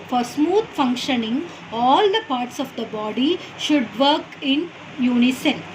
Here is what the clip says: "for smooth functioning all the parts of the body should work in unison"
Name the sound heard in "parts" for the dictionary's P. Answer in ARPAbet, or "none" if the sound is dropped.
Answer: P